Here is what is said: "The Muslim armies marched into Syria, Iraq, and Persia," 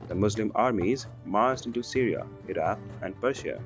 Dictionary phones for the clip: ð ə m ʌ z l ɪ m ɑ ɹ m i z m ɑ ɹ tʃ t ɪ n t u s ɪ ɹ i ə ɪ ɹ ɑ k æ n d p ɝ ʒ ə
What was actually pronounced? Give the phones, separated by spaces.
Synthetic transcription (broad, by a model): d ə m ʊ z l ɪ m ɑ ɹ m i z m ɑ ɹ s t ɪ n t u s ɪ ɹ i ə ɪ ɹ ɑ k æ n d p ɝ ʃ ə